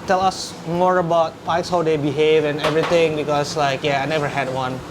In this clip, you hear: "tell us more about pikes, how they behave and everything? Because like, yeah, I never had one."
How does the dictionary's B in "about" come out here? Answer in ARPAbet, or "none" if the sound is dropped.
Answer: B